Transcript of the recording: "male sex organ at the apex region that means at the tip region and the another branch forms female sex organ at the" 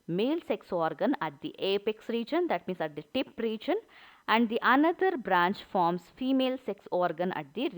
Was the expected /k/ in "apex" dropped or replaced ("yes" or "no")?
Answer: no